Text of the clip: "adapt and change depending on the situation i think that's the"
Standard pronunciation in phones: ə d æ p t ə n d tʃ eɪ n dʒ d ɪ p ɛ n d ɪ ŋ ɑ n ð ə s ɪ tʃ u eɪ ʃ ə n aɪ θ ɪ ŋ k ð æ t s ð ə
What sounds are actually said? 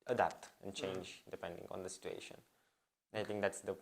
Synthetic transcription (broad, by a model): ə d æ p t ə n tʃ eɪ n dʒ d ɪ p ɛ n d ɪ ŋ ɑ n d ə s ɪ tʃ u eɪ ʃ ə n aɪ t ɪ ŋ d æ t s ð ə